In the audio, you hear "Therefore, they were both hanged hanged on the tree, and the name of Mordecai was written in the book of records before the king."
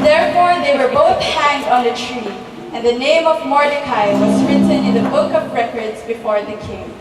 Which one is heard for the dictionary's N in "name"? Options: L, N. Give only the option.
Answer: N